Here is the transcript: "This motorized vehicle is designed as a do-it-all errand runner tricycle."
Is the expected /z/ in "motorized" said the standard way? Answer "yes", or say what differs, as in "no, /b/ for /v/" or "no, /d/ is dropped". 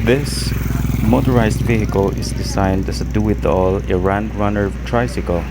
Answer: no, /s/ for /z/